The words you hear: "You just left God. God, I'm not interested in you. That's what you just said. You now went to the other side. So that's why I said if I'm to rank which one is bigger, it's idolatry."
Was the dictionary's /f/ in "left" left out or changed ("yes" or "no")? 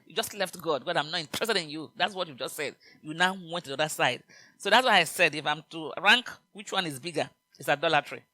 no